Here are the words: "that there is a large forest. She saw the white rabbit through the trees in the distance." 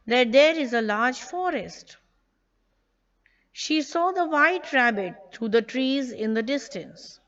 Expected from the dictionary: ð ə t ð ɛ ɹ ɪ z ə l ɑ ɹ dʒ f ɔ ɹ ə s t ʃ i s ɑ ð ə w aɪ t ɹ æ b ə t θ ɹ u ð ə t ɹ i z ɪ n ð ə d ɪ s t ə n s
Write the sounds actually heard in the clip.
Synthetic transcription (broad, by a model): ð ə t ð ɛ ɹ ɪ z ə l ɑ ɹ dʒ f ɔ ɹ ə s t ʃ i s ɑ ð ə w aɪ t ɹ æ b ə t t ɹ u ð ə t ɹ i z ɪ n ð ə d ɪ s t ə n s